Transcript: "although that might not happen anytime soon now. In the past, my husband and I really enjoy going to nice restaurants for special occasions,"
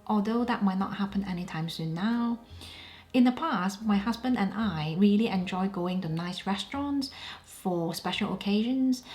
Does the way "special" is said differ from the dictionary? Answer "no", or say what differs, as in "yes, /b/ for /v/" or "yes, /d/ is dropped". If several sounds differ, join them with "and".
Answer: no